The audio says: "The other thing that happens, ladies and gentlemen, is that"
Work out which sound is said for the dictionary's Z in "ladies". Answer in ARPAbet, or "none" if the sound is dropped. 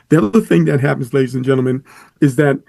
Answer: Z